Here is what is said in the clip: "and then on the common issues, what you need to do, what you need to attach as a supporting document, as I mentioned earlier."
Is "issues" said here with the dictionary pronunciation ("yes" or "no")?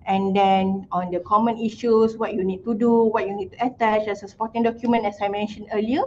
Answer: no